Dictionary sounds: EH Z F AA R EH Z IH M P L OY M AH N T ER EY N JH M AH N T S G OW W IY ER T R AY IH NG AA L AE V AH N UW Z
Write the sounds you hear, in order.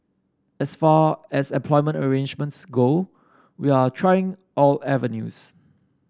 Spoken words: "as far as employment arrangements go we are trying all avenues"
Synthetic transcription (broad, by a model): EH S F AA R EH S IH M P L OY M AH N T ER EY N JH M AH N T S G OW W IY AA T R AY IH NG AA L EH V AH N UW S